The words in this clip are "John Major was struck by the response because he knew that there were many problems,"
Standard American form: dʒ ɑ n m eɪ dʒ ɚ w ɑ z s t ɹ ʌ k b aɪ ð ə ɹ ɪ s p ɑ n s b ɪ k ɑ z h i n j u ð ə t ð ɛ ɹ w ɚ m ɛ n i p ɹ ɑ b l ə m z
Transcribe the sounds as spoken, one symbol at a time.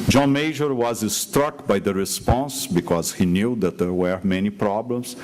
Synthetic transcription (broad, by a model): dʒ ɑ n m eɪ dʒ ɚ w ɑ z s t ɹ ʌ k b aɪ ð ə ɹ ɪ s p ɑ n s b ɪ k ɑ z h i n j u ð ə t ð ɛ ɹ w ɚ m ɛ n i p ɹ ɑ b l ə m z